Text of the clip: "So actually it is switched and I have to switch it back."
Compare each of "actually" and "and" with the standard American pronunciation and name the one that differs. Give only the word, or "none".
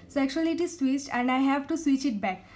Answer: actually